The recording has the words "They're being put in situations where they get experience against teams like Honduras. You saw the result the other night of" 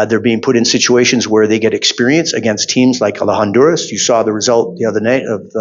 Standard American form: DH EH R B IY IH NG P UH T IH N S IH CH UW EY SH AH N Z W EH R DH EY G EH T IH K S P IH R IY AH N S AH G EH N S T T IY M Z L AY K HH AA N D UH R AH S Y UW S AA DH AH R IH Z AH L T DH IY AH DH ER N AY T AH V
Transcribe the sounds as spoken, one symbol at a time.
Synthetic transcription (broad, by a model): DH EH R B IY IH NG P UH T IH N S IH CH UW EY SH AH N Z W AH R DH EY G EH T IH K S P IH R IY AH N S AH G EH N S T T IY M Z L AY K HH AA N D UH R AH S Y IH S AA DH AH R IH Z AH L T DH IY AH DH ER N AY T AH V